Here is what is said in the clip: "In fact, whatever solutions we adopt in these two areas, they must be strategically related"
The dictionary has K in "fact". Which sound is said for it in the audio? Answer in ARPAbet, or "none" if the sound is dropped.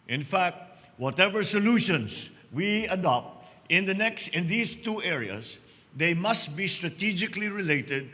K